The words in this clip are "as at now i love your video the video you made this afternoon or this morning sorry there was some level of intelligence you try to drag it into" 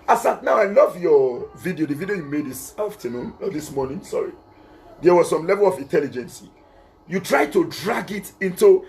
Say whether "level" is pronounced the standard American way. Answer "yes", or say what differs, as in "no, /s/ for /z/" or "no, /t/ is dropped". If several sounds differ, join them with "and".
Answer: yes